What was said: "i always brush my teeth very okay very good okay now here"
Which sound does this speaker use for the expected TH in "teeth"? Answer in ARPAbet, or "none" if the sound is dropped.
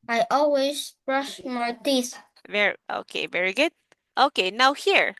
S